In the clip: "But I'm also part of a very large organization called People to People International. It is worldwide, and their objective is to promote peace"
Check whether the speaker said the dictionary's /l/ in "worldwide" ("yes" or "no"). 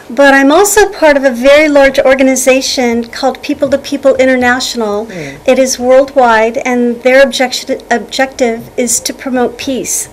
yes